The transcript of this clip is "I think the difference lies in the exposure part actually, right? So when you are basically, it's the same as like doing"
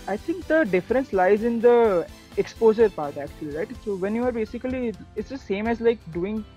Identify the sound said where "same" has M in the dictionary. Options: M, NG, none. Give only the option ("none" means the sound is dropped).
M